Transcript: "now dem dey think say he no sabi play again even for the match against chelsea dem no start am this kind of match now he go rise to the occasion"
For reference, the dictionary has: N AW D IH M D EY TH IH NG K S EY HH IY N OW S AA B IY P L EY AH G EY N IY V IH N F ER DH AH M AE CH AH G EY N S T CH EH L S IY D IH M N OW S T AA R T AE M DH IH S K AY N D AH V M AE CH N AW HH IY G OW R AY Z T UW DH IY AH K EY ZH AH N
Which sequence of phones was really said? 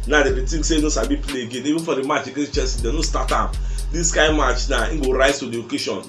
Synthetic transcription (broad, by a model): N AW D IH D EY T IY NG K S EY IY N OW S AA B IY P L EY AH G EY N IY V IH N F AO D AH M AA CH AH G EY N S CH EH S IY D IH N OW S T AA T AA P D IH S K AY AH M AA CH N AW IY G OW R AY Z T UW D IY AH K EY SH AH N